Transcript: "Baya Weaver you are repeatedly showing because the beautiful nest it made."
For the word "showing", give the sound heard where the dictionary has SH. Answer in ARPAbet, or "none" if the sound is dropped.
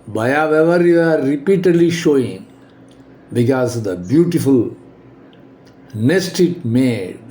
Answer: SH